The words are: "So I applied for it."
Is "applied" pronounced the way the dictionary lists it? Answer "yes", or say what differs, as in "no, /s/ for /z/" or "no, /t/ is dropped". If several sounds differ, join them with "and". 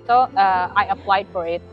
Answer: no, /f/ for /p/